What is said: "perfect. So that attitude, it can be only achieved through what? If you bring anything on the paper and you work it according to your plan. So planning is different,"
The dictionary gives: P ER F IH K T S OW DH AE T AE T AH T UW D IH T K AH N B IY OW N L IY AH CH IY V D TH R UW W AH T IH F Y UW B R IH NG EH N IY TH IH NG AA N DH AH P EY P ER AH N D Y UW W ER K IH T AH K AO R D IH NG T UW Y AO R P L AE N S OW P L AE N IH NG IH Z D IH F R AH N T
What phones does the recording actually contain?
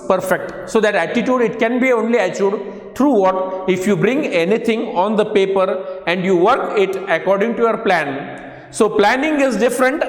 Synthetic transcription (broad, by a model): P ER F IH K T S OW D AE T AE T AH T UW D IH T K AH N B IY OW N L IY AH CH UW D T R UW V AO T IH F Y UW B R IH NG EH N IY T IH NG AA N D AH P EY P ER AH N D Y UW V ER K IH T AH K AO R D IH NG T UW Y AO R P L AE N S OW P L AE N IH NG IH Z D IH F R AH N T